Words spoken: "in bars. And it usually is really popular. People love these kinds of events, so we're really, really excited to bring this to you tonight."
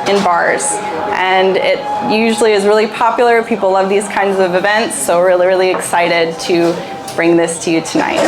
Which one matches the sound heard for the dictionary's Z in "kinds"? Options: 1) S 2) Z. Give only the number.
2